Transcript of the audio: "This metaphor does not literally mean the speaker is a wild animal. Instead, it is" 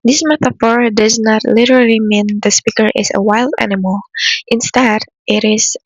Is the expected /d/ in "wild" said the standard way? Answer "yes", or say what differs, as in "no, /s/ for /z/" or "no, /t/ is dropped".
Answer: yes